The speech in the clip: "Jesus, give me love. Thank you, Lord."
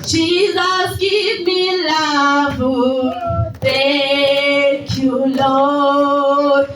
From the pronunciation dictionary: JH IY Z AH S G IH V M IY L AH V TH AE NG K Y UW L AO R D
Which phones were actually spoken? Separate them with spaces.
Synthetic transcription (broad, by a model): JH IY Z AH S G IH V M IY L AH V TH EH K Y UW L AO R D